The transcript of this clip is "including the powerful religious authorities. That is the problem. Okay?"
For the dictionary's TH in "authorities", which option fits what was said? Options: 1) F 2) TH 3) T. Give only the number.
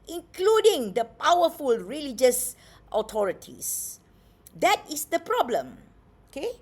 3